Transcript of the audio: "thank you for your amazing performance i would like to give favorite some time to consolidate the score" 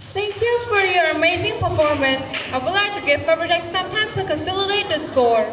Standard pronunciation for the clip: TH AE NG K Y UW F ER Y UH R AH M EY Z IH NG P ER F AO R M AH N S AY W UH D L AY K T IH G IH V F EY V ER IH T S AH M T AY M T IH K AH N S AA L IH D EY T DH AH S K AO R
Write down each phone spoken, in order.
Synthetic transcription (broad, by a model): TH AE NG K Y UW F ER Y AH R AH M EY Z IH NG P ER F AO R M AH N S AY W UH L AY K T IH G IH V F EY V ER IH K S AH M T AY M T IH K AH N S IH L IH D EY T DH AH S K AO R